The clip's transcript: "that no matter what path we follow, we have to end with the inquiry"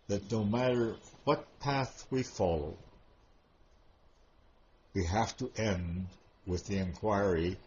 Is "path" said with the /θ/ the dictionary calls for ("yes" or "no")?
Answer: yes